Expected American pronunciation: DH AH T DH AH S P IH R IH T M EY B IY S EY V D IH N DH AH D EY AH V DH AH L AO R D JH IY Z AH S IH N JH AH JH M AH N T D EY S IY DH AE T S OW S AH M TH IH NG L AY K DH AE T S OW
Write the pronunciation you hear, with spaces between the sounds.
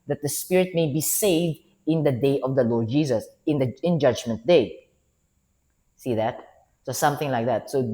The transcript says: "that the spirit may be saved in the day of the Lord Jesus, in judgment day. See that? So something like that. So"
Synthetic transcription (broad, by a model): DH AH T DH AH S P IH R IH T M EY B IY S EY V D IH N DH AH D EY AH V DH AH L AO R D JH IY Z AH S IH N JH AH JH M AH N T D EY S IY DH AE T S OW S AH M TH IH NG L AY K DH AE T S OW